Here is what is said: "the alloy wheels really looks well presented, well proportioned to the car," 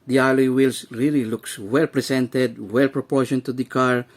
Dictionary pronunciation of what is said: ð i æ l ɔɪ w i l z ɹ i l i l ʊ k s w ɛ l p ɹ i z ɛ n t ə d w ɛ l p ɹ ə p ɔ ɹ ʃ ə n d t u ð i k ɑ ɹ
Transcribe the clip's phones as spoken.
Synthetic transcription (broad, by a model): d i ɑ l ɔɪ w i l s ɹ i l i l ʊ k s w ɛ l p ɹ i s ɛ n t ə d w ɛ l p ɹ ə p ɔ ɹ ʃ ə n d t u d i k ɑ ɹ